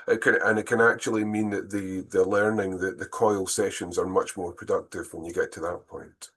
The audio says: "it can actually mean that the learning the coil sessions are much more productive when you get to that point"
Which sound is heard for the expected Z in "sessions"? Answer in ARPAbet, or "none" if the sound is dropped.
Z